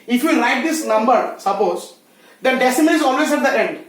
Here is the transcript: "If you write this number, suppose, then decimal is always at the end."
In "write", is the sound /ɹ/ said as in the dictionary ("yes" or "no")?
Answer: no